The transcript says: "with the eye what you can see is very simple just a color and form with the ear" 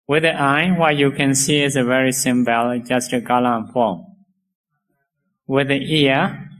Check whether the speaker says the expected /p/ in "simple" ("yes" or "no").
no